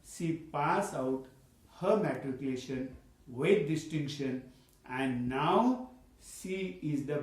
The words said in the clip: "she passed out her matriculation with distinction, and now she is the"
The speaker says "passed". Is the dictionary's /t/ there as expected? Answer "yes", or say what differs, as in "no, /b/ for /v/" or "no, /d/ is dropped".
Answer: no, /t/ is dropped